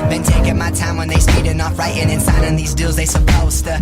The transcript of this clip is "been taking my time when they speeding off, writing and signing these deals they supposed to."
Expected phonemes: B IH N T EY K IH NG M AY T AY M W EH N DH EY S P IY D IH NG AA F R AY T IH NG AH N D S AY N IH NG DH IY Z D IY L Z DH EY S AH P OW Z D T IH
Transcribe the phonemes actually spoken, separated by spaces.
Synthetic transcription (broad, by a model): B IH N T EY K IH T M AY T AY M W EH N DH EY S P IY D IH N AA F R AY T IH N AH N S AY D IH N DH IY Z D IY L Z DH EY S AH P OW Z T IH